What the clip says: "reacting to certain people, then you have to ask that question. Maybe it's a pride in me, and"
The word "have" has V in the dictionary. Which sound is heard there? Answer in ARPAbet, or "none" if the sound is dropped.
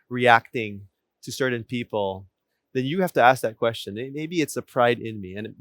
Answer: F